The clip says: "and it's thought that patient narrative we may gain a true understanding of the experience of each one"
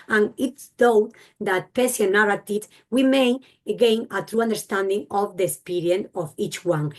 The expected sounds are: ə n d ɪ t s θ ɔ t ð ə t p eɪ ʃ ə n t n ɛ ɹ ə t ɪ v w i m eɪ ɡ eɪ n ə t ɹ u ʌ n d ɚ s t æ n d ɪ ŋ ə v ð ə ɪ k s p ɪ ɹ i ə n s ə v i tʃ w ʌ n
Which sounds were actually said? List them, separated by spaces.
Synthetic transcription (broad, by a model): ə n ɪ t s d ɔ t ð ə t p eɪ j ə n n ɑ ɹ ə t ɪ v w i m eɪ ɡ eɪ n ə t ɹ u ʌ n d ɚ s t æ n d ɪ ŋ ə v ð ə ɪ k s p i ɹ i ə n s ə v i tʃ w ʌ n